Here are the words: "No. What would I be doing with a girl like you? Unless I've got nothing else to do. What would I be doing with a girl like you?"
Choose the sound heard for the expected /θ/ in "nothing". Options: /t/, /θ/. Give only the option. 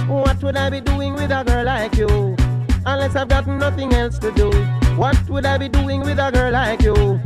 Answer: /θ/